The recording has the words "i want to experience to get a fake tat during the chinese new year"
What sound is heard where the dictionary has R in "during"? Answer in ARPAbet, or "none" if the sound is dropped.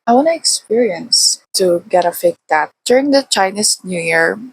R